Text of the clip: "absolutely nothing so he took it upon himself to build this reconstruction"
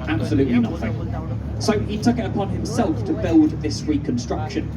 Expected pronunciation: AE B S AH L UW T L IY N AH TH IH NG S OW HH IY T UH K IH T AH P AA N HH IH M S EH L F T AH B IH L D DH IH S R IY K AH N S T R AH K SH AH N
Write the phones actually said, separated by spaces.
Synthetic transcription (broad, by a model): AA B S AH L UW T L IY N AH TH IH NG S OW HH IY T UH K IH T AH P AA N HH IH M S EH L F T AH B IH L D DH IH S R IY K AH N S T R AH K SH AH N